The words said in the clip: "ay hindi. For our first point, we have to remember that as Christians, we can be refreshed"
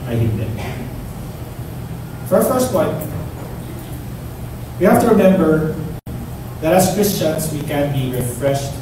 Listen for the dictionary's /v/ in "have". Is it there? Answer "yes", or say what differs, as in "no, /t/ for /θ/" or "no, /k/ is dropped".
no, /f/ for /v/